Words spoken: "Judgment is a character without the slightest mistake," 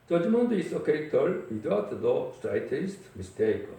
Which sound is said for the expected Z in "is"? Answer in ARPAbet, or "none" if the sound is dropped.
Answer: S